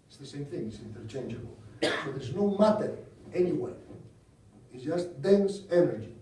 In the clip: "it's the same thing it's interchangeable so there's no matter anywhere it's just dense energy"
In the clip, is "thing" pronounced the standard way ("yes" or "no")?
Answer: yes